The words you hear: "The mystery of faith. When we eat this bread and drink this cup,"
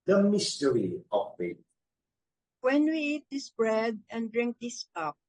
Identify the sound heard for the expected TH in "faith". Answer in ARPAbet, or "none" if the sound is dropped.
T